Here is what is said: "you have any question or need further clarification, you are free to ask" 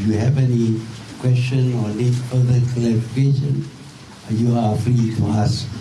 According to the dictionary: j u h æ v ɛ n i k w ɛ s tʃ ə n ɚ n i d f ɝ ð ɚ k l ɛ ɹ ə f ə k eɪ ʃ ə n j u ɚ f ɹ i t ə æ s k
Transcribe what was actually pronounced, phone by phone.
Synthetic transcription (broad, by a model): j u h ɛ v ɛ n i k w ɛ s tʃ ə n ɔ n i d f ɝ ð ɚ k ɛ l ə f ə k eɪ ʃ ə n j u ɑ f ɹ i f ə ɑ s